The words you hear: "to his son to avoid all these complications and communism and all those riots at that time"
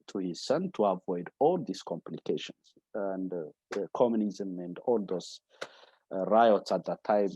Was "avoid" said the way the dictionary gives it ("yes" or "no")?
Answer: yes